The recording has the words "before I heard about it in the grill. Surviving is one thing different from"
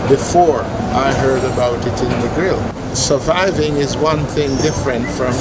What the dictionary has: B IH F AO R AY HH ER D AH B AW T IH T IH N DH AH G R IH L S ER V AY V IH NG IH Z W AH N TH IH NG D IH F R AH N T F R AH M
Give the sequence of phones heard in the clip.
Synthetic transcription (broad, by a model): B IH F AO R AY HH ER D AH B AW T IH T IH N DH AH G R IH L S ER V AY V IH NG IH Z W AH N TH IH NG D IH F R AH N T F R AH M